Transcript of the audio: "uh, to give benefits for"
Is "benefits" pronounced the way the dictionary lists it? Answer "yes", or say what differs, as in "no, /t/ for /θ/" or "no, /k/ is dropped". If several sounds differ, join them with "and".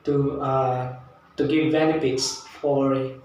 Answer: no, /p/ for /f/